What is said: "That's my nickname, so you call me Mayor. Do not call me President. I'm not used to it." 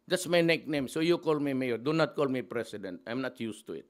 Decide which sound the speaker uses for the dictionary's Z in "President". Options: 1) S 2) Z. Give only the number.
1